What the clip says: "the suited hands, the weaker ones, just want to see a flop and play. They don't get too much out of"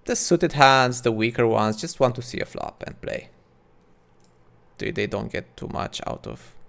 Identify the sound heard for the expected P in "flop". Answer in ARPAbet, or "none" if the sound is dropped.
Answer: P